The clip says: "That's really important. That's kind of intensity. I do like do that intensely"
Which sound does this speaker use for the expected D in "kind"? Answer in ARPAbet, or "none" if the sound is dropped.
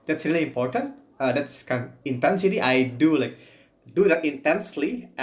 none